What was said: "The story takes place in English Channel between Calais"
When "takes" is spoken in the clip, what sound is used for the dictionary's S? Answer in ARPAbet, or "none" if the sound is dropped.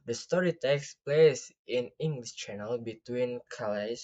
S